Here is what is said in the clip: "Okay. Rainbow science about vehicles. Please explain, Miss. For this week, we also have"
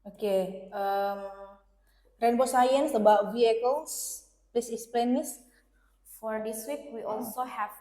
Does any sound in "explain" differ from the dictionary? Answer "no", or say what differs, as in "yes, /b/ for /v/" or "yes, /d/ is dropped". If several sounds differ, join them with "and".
yes, /k/ is dropped